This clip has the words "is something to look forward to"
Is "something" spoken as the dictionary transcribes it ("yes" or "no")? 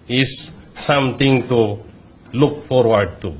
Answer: no